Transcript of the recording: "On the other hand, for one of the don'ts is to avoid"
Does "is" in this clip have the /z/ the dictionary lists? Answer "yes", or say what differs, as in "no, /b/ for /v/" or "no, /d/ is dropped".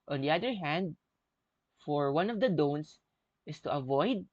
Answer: no, /s/ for /z/